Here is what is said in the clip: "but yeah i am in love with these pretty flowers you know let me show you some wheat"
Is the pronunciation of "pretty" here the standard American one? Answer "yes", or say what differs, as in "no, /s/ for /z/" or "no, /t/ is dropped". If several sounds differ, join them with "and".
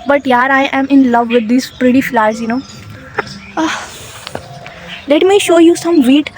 yes